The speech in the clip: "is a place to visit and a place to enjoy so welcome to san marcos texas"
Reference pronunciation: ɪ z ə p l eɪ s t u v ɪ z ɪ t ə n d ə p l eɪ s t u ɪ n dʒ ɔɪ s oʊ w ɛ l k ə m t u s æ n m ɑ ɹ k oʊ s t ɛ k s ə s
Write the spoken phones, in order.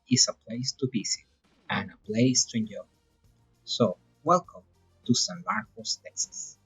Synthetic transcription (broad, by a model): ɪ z ə p l eɪ s t u b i s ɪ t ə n ə p l eɪ s t u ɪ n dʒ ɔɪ s oʊ w ɛ l k ə m t u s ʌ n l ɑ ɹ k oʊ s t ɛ k s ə s